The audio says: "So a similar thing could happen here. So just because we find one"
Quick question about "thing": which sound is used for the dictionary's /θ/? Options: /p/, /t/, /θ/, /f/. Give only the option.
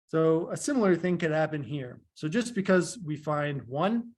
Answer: /θ/